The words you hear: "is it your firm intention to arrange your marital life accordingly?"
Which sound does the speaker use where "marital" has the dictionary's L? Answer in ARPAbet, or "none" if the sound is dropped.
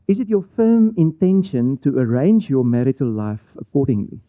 L